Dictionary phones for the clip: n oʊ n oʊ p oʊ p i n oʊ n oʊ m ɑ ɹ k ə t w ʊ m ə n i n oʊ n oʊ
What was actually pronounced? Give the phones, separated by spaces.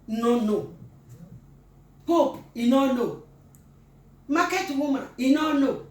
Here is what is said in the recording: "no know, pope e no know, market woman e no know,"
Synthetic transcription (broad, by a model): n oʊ n oʊ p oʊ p i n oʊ n oʊ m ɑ k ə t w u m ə i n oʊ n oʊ